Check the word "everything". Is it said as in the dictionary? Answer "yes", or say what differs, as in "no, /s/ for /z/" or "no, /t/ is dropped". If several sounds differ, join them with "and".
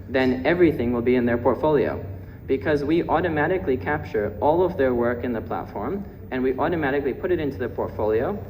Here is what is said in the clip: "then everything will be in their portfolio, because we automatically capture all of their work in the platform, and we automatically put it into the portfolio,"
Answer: yes